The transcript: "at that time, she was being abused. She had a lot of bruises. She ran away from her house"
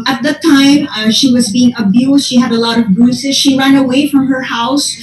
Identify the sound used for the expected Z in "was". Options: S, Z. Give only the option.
Z